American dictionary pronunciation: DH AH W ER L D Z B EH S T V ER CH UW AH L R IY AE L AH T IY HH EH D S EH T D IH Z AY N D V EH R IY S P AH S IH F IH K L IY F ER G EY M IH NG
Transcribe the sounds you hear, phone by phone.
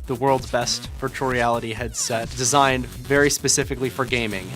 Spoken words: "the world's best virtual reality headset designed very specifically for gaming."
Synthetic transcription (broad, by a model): DH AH W ER L D Z B EH S T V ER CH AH R IY AE L AH T IY HH EH D S EH T D IH Z AY N D V EH R IY S P AH S IH F IH K L IY F ER G EY M IH NG